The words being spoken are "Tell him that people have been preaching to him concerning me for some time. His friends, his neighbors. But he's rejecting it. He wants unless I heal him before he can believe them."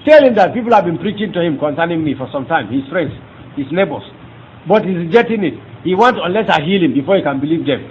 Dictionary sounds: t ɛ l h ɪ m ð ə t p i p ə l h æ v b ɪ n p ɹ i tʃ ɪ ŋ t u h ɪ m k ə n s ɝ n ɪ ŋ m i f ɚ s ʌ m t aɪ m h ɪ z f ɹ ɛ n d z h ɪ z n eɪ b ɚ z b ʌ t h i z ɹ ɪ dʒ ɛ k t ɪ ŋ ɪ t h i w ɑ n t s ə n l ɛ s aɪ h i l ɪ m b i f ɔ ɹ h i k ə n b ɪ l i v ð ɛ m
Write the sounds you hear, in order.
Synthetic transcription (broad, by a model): t ɛ l h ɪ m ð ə t p i p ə l h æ v b ɪ n p ɹ i tʃ ɪ ŋ t u h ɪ m k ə n s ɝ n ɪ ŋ m i f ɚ s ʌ m t aɪ m h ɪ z f ɹ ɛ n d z h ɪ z n eɪ b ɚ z b ʌ t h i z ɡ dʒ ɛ t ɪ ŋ ɪ t h i w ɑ n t ə n l ɛ s aɪ h i l ɪ m b i f ɔ ɹ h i k ə n b ɪ l i v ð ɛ m